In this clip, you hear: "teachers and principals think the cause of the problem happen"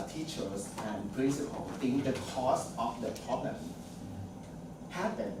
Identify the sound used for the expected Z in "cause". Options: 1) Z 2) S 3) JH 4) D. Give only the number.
2